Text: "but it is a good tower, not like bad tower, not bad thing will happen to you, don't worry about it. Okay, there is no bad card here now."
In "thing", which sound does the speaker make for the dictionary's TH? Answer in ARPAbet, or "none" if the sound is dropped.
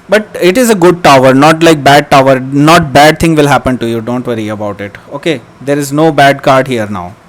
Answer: T